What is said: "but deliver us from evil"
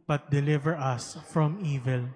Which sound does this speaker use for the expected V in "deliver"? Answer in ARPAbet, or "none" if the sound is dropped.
V